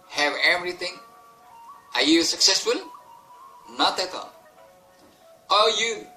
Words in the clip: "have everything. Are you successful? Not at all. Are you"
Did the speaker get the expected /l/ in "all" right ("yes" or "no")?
no